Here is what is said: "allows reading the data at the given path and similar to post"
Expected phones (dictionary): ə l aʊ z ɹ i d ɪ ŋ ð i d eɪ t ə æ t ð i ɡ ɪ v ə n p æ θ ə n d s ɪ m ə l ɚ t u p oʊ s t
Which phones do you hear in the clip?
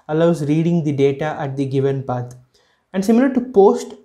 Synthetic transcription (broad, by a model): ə l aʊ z ɹ i d ɪ ŋ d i d eɪ t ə æ t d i ɡ ɪ v ə n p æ t ə n d s ɪ m ə l ɚ t u p oʊ s t